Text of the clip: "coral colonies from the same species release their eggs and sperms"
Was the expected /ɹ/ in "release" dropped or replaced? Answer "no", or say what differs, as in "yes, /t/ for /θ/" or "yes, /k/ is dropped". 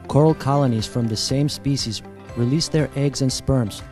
no